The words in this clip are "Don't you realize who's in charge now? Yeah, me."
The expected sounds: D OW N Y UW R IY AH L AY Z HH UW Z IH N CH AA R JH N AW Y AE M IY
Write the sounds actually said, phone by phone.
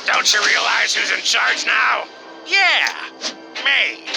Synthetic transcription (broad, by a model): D OW N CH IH R IY AH L AY Z HH UW Z IH N CH AA R JH N AW Y AE M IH